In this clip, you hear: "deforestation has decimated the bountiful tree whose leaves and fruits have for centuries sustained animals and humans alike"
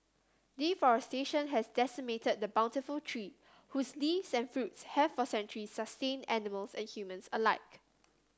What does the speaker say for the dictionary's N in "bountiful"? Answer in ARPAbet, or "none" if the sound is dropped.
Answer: N